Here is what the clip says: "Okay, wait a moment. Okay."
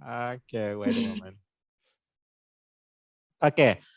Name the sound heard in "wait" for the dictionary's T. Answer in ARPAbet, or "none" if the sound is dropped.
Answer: none